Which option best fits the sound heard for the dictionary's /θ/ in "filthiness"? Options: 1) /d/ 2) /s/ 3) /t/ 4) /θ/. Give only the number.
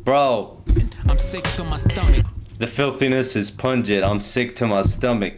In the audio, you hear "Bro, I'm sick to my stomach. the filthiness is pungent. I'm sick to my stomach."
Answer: 4